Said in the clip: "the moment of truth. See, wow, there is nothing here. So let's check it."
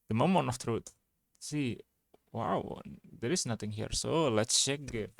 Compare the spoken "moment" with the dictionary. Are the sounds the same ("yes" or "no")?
no